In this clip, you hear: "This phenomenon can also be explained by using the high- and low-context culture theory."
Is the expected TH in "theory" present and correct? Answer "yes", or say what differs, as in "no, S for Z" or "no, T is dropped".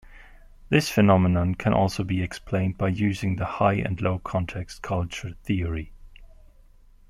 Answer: yes